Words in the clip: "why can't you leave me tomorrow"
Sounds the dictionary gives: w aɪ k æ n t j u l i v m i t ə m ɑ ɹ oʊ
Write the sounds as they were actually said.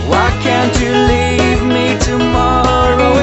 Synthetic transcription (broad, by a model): w aɪ k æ n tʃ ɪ l i v m i t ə m ɑ ɹ oʊ